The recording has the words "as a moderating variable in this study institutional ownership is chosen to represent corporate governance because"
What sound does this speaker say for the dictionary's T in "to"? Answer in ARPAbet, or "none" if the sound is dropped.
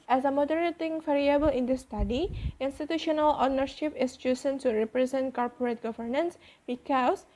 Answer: S